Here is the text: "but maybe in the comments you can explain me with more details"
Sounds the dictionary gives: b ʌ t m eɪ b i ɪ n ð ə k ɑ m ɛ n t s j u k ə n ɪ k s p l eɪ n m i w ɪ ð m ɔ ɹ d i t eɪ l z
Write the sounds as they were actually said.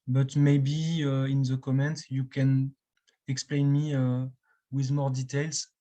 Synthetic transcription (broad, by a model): b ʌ t m eɪ b i ɪ n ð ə k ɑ m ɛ n t j u k ə n ɪ k s p l eɪ n m i w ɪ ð m ɔ ɹ d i t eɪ l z